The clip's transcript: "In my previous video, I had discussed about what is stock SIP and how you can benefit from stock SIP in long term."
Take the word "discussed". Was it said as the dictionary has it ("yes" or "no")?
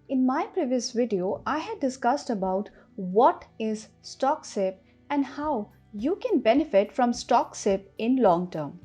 yes